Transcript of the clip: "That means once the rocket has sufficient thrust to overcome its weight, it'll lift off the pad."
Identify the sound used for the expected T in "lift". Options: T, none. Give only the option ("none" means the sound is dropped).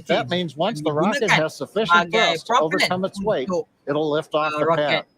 T